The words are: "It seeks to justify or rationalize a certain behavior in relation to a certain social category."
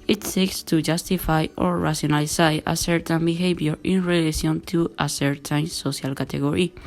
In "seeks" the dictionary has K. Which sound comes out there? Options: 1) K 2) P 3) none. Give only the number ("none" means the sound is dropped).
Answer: 1